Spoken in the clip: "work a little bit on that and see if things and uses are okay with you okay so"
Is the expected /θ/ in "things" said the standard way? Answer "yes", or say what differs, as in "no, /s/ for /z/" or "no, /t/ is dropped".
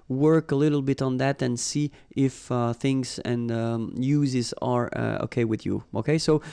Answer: yes